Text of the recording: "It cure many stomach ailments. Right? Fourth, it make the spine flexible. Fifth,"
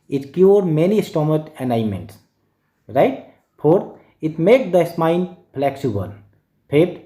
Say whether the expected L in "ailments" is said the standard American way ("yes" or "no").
no